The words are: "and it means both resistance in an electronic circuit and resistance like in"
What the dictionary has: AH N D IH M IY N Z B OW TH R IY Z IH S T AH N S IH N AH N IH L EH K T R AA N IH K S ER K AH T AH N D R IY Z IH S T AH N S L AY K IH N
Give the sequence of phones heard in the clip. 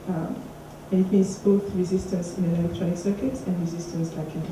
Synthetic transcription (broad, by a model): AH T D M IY Z B OW TH R IY Z IH S T AH N S IH N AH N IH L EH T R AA IH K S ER K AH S AH N D R IY Z IH S T AH N S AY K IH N